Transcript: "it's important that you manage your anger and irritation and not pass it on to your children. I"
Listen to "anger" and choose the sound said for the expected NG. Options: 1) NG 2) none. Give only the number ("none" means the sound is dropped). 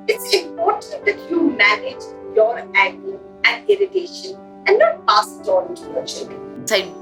2